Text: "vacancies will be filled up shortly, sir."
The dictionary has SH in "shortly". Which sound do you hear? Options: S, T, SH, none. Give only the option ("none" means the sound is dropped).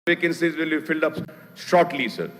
S